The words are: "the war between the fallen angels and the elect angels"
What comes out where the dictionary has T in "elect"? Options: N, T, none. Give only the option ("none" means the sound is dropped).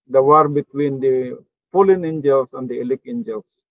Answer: none